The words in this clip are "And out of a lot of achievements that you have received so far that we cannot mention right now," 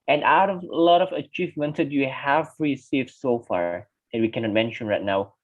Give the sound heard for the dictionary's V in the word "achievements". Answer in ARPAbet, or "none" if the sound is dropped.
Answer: V